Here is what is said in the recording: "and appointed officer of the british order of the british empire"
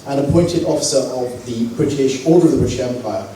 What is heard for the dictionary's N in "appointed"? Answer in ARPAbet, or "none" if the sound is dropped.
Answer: N